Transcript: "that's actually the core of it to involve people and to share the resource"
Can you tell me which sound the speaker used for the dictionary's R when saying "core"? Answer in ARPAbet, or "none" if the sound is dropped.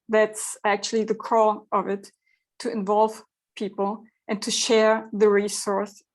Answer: L